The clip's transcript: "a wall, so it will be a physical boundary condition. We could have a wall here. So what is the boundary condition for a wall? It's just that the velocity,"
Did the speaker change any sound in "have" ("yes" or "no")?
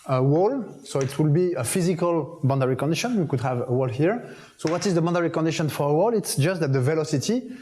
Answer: no